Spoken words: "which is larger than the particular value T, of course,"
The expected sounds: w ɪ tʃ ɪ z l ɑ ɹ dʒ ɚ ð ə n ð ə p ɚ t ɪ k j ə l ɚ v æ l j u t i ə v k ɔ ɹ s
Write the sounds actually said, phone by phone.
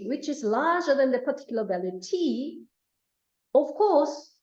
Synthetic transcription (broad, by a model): w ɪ tʃ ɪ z l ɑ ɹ dʒ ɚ ð ə n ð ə p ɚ t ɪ k j l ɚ b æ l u t i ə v k ɔ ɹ s